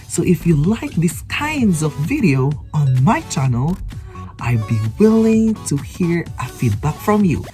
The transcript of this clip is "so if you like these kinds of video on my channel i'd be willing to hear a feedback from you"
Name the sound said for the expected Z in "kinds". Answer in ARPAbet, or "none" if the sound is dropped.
Z